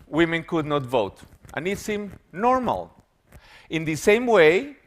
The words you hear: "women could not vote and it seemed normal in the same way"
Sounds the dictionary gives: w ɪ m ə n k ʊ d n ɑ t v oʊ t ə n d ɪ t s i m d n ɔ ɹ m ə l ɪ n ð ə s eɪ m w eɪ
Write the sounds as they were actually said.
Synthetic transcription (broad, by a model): w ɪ m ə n k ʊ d n ɑ t v oʊ t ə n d ɪ t s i m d n ɔ ɹ m ə l ɪ n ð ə s eɪ m w eɪ